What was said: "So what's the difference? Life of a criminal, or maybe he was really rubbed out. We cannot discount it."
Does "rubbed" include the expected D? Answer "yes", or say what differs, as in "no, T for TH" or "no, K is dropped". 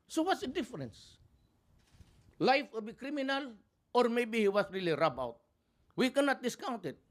no, D is dropped